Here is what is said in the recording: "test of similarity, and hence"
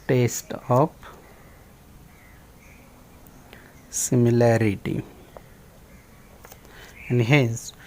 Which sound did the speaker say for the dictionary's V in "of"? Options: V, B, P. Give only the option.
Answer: P